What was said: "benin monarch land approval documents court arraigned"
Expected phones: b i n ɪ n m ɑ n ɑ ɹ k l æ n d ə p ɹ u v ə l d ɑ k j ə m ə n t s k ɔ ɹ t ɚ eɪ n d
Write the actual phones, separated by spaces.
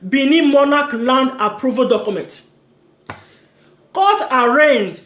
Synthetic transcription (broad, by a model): b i n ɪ m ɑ n ɑ k l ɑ n d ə p ɹ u v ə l d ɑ k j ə m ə n t k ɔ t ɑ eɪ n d